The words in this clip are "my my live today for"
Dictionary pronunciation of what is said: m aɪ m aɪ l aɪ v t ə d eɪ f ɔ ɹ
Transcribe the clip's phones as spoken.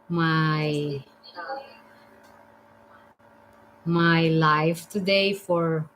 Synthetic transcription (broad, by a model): m aɪ m aɪ l aɪ f t ə d eɪ f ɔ ɹ